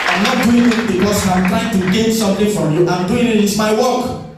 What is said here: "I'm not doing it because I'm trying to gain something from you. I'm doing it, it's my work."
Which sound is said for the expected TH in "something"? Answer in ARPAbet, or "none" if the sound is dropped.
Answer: T